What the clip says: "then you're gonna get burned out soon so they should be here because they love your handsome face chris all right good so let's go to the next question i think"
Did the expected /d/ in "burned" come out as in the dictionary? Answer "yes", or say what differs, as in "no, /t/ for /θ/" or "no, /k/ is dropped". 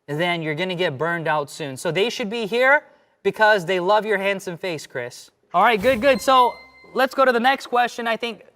yes